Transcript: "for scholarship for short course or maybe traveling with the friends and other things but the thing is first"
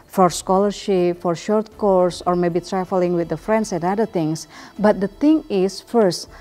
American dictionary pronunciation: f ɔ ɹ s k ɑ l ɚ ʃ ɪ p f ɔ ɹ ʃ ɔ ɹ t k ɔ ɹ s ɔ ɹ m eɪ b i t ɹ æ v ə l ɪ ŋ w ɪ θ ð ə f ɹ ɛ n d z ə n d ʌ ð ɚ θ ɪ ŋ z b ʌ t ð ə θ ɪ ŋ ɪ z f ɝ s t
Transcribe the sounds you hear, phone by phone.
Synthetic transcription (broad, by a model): f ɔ ɹ s k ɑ l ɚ ʃ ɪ p f ɔ ɹ ʃ ɔ ɹ t k ɔ ɹ s ɔ ɹ m eɪ b i t ɹ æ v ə l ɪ ŋ w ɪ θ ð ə f ɹ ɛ n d s ə n d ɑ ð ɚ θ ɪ ŋ s b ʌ t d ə t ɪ ŋ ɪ s f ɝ s t